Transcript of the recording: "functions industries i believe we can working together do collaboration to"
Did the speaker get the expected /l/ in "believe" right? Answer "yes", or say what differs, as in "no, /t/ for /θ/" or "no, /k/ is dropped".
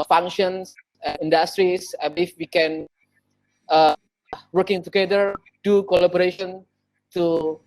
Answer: no, /l/ is dropped